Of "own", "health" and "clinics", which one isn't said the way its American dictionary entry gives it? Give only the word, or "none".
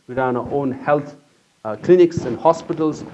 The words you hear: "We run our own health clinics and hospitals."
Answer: health